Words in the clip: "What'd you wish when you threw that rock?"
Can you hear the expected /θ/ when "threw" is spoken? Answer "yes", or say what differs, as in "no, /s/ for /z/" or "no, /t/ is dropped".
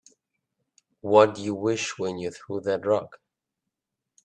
yes